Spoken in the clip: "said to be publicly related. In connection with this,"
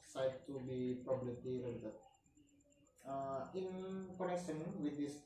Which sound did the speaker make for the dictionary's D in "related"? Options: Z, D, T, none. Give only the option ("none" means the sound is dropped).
none